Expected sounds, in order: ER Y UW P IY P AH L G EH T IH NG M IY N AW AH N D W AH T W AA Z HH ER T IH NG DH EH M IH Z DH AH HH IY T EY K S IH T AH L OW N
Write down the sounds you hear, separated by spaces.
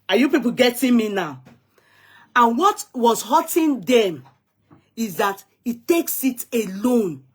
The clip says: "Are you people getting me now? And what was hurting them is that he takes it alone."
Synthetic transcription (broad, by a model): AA Y UW P IY P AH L G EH T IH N M IY N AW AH N W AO T W AA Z HH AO T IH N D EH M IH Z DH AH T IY T EY K S IH T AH L OW N